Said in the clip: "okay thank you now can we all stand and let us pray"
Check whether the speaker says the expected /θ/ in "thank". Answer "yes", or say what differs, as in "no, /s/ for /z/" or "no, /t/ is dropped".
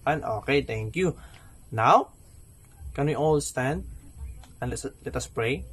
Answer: no, /t/ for /θ/